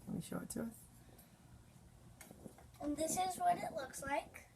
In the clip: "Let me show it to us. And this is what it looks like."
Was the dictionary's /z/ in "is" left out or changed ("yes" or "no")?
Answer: no